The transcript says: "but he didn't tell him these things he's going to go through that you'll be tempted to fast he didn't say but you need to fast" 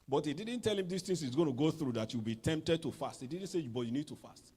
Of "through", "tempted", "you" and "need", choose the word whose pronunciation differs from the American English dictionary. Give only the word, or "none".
none